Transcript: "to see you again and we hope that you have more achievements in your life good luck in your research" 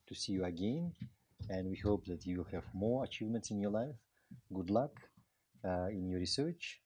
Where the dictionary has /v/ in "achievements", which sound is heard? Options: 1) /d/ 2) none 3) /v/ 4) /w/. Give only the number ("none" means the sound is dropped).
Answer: 3